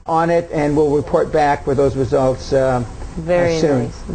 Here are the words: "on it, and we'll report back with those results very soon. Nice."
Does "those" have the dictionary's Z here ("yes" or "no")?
yes